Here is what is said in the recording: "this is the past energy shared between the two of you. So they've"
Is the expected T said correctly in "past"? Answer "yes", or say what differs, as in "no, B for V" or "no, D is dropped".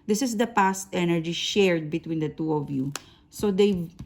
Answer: yes